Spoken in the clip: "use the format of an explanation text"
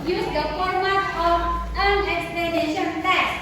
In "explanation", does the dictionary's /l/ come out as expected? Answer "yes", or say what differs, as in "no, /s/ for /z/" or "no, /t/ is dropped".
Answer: yes